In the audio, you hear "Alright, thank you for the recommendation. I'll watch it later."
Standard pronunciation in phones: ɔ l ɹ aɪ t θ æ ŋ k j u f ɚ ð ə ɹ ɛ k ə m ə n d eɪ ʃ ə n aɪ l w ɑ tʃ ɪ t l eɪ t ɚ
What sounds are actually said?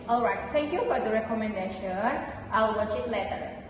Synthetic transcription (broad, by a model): ɔ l ɹ aɪ t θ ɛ ŋ k j u f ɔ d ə ɹ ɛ k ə m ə n d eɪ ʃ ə n aɪ w w ɑ tʃ ɪ t l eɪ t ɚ